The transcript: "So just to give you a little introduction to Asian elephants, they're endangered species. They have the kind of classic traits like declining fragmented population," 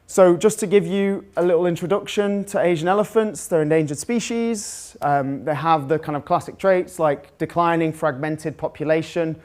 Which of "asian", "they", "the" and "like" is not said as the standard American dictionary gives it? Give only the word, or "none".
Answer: none